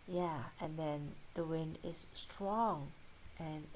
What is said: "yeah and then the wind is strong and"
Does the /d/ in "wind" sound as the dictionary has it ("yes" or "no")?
yes